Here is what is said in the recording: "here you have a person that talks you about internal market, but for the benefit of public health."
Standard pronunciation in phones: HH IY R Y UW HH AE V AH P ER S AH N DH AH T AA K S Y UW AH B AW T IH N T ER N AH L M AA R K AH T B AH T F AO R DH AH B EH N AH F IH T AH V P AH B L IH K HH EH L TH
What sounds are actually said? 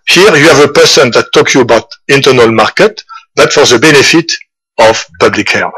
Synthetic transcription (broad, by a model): HH IY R Y UW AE V AH P ER S AH N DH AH T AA K Y UW AH B AW T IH N T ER N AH L M AA R K AH T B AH T F AO R DH AH B EH N AH F IH T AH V P AH B L IH K HH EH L